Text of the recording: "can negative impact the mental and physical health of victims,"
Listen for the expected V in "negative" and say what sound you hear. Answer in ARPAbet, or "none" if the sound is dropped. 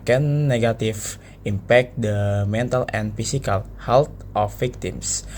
F